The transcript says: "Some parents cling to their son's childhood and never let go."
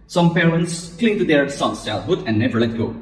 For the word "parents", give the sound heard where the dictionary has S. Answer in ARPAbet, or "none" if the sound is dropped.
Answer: S